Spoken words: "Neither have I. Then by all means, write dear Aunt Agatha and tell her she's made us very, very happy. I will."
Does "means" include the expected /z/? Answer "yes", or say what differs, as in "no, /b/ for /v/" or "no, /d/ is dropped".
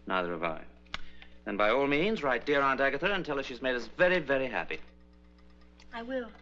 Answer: yes